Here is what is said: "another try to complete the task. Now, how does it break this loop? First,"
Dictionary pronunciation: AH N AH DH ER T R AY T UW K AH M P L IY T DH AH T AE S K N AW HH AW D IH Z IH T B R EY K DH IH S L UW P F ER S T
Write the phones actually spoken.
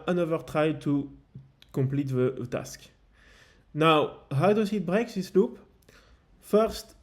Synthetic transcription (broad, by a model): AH N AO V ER T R AY T UW K AH M P L IY T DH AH T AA S K N AW HH AW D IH S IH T B R EY K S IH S L UW P F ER S T